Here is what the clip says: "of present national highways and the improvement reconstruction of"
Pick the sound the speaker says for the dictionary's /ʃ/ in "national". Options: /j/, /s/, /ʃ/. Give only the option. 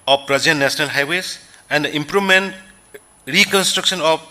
/s/